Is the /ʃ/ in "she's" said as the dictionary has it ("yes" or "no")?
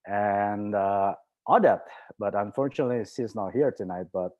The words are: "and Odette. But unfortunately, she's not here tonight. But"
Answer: no